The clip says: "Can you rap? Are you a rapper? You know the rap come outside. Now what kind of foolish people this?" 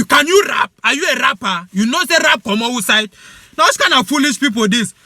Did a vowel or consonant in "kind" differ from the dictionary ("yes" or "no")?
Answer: yes